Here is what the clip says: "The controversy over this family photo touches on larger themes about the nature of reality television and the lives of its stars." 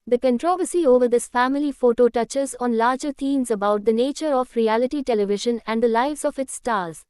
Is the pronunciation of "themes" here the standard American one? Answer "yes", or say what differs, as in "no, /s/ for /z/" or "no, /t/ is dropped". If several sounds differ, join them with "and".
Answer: no, /t/ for /θ/